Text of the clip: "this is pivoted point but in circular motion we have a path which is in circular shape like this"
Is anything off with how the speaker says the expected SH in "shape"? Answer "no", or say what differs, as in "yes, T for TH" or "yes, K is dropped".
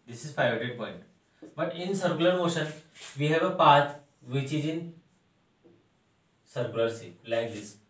yes, S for SH